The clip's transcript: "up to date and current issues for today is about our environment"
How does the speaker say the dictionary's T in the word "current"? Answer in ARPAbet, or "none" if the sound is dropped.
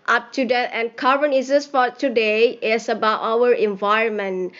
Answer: none